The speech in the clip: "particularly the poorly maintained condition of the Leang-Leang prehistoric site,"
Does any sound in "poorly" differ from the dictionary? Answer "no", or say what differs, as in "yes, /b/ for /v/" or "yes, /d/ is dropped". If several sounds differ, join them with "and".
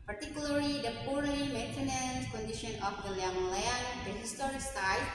yes, /l/ is dropped